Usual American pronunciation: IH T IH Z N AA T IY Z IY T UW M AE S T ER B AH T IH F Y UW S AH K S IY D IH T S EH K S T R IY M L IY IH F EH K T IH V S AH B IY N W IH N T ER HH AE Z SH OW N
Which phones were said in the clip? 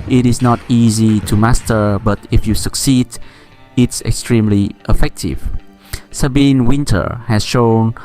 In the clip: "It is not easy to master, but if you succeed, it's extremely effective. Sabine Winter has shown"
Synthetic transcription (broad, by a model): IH T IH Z N AA T IY Z IY T UW M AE S T ER B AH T IH F Y UW S AH K S IY D IH T S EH K S T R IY M L IY IH F EH K T IH V S AH B IY N W IH N T ER HH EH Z SH OW N